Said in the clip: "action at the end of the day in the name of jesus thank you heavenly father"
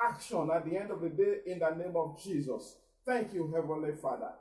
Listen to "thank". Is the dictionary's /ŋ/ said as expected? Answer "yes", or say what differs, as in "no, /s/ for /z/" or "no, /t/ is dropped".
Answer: yes